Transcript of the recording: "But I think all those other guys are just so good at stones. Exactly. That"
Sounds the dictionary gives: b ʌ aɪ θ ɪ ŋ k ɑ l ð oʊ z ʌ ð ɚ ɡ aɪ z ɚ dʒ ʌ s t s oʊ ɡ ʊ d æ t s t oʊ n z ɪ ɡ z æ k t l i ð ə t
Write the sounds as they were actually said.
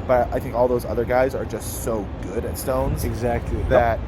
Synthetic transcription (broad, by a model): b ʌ aɪ θ ɪ ŋ k ɑ l ð oʊ z ʌ ð ɚ ɡ aɪ z ɚ dʒ ʌ s t s oʊ ɡ ʊ d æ t s t oʊ n z ɪ ɡ z æ k t l i ð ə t